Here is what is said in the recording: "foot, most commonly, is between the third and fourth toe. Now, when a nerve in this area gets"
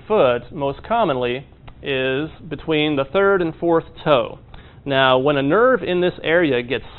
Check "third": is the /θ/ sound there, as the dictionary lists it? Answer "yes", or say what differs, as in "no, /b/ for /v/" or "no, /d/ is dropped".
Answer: yes